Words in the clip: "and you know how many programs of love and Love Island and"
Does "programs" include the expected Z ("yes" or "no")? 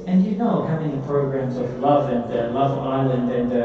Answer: yes